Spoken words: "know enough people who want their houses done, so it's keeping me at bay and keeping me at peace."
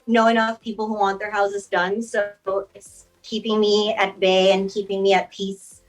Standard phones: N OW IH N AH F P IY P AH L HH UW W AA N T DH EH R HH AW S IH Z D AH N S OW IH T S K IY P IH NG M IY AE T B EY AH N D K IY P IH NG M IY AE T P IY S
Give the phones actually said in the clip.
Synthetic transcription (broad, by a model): N OW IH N AH F P IY P L HH UW W AA N DH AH R HH AW S IH Z D AH N S OW IH T S K IY P IH NG M IY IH T B EY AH N K IY P IH NG M IY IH T P IY S